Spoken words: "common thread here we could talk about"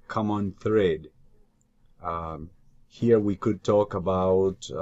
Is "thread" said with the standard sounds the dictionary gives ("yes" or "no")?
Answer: yes